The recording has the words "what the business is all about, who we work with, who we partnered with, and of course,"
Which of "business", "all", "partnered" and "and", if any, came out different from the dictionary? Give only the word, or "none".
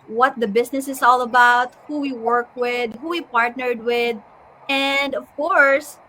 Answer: business